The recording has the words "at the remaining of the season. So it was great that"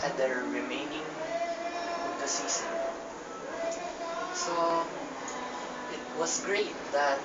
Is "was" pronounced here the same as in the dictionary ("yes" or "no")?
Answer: no